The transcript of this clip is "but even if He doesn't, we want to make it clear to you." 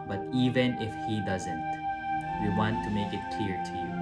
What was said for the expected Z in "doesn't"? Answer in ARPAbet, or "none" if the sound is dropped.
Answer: Z